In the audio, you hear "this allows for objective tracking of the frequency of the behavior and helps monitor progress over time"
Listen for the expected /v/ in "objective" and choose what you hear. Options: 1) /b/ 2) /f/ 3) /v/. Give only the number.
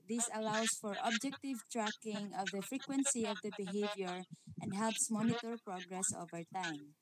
3